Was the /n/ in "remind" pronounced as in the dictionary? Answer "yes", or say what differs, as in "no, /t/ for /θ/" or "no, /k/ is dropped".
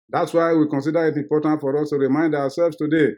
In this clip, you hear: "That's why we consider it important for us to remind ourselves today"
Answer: yes